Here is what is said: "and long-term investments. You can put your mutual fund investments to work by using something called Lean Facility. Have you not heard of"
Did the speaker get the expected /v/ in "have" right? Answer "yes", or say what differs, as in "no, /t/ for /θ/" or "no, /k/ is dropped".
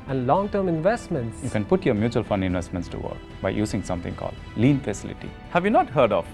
yes